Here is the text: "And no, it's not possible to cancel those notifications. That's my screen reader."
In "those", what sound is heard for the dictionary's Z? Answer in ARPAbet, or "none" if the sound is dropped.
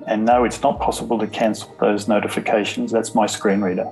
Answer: Z